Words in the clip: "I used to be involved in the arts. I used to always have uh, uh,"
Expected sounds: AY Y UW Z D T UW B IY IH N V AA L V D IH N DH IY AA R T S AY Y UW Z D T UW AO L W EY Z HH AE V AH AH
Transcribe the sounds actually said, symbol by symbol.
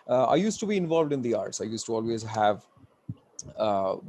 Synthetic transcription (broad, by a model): AY Y UW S T UW B IY IH N V AA L V D IH N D IY AA R T S AY Y UW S T UW AO L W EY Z HH AE V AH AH